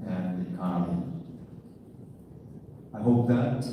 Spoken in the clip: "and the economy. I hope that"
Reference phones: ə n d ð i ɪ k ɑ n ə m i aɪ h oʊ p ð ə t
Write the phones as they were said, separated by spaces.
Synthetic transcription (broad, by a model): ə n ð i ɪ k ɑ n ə i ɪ h oʊ p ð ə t